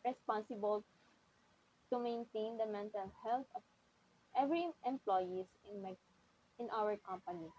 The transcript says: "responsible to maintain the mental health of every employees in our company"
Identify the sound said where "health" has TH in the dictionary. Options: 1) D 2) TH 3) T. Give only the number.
3